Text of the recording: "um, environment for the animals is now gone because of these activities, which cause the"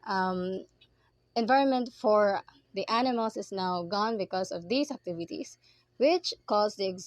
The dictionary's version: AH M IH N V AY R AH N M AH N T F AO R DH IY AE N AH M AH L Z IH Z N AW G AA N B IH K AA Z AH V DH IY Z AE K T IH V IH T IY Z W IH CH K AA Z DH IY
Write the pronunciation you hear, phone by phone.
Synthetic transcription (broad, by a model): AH M IH N V AY R AH N M AH N T F AO R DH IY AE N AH M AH L S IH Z N AW G AA N B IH K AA S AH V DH IY S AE K T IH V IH T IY S W IH CH K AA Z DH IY